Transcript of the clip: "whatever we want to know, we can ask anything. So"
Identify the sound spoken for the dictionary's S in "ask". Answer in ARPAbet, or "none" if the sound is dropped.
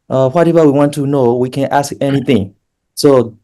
S